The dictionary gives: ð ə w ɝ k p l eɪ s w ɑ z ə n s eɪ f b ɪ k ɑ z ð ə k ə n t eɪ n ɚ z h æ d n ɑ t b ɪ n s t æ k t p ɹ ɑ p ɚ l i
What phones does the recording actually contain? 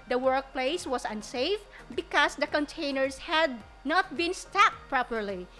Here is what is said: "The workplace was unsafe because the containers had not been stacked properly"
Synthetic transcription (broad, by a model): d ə w ɝ k p l eɪ s w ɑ s ə n s eɪ f b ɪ k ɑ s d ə k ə n t eɪ n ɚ s h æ d n ɑ t b ɪ n s t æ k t p ɹ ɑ p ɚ l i